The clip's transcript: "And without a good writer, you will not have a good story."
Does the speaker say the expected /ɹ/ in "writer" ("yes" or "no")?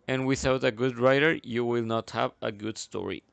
yes